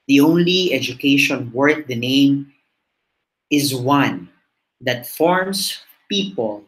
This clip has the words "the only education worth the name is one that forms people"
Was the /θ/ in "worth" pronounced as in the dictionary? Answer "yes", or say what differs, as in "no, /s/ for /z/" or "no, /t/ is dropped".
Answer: no, /t/ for /θ/